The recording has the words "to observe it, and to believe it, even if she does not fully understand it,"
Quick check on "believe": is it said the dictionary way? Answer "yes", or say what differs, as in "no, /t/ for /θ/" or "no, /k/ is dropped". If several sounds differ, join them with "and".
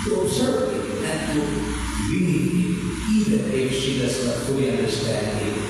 no, /n/ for /l/ and /v/ is dropped